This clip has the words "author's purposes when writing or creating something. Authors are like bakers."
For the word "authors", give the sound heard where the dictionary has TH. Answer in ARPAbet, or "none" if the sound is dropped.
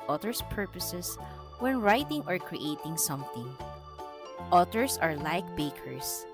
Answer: T